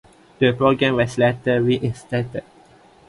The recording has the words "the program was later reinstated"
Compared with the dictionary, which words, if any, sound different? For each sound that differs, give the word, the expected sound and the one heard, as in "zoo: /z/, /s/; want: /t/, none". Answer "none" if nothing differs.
was: /z/, /s/